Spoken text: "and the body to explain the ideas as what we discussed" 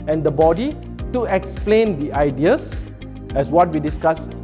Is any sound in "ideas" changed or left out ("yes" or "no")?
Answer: yes